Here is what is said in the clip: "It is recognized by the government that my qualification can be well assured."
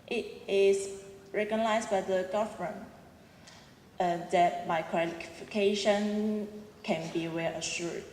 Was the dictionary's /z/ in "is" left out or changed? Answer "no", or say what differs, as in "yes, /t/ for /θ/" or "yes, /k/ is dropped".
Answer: yes, /s/ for /z/